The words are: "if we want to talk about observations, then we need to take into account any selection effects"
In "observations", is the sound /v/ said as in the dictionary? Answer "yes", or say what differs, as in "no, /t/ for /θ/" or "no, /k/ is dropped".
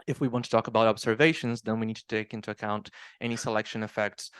yes